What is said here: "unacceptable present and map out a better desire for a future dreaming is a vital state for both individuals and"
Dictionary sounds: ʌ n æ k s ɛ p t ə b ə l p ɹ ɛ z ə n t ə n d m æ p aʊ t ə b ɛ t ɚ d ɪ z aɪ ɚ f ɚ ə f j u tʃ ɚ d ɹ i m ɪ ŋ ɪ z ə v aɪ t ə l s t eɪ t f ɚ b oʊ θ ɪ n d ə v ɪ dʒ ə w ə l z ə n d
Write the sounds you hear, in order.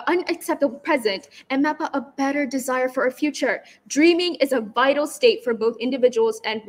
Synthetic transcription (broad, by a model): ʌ n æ k s ɛ p t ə b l p ɹ ɛ z ə n t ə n m æ p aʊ t ə b ɛ t ɚ d ɪ z aɪ ɚ f ɚ ə f j u tʃ ɚ d ɹ i m ɪ ŋ ɪ z ə v aɪ t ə l s t eɪ t f ɚ b oʊ θ ɪ n d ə v ɪ dʒ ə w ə l z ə n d